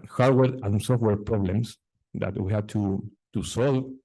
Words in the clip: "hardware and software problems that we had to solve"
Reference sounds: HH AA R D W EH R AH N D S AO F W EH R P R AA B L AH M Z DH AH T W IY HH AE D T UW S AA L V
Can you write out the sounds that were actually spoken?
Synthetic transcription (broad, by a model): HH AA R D W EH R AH N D S AO F W EH R P R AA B L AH M S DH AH T W IY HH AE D T UW S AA L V